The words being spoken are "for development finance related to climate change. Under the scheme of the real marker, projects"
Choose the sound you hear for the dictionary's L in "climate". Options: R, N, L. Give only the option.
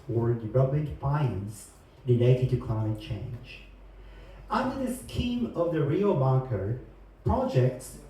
N